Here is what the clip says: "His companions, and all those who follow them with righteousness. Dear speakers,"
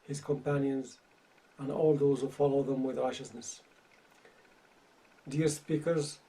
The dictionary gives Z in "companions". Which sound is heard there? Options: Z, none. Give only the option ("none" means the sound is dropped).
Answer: Z